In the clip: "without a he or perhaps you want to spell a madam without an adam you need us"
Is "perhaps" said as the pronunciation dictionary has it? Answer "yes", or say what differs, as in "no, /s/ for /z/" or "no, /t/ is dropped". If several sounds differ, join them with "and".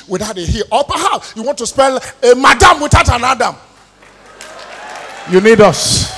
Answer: no, /s/ is dropped